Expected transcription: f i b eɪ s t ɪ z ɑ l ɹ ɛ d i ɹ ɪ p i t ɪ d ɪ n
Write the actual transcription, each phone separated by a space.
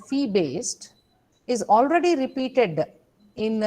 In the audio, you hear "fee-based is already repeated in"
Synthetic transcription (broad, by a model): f i b eɪ s t ɪ z ɑ l ɹ ɛ d i ɹ ɪ p i t ɪ d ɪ n